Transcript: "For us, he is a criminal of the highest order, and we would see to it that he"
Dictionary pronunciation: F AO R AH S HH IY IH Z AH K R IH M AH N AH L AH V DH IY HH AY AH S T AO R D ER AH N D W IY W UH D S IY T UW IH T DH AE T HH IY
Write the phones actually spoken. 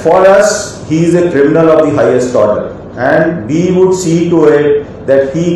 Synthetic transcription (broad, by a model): F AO R AH S HH IY IH Z AH K R IH M AH N AH L AH V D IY HH AY AH S T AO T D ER AH N D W IY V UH D S IY T UW IH T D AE T HH IY